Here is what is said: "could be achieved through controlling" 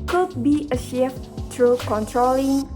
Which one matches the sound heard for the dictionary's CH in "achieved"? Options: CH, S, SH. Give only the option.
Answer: SH